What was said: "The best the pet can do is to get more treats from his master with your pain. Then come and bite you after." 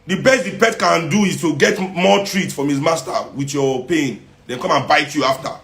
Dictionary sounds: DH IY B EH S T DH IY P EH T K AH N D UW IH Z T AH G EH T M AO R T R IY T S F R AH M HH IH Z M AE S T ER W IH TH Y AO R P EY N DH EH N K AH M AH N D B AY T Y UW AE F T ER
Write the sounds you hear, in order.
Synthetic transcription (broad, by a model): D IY B EH S T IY P EH T K AH N D UW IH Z T AH G EH T M AO T R IY T S F R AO M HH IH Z M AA S T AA W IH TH Y AO P EY N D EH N K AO M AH N B AY T Y UW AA F T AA